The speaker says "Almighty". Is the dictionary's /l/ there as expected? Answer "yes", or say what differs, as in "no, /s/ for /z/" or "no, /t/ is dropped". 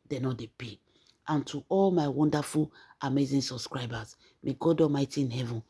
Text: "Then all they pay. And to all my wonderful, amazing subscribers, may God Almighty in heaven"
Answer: no, /l/ is dropped